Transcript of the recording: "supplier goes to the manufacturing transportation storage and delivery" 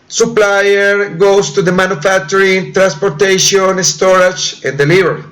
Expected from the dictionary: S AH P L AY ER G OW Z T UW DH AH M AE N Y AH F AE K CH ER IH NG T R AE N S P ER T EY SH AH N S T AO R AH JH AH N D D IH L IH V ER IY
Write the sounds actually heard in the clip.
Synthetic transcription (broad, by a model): S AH P L AY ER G OW S T UW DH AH M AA N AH F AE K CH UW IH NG T R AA N S P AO T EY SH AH N S T AO R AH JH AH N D D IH L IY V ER IY